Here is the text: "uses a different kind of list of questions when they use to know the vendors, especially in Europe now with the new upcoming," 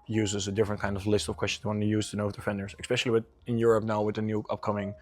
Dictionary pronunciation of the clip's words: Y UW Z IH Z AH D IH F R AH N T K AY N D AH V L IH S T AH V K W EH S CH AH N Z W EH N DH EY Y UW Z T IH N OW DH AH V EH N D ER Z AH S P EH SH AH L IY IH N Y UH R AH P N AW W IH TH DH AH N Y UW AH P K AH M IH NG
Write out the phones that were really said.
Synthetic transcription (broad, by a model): Y UW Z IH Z AH D IH F R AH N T K AY N D AH V L IH S T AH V K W EH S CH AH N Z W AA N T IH Y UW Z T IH N OW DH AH F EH N D ER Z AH S P EH SH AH W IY IH N Y UH R AH P N AW W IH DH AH N Y UW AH P K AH M IH NG